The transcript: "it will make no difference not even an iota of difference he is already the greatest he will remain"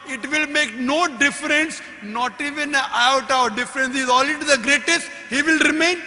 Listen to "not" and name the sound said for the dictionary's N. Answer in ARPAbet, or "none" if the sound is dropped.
N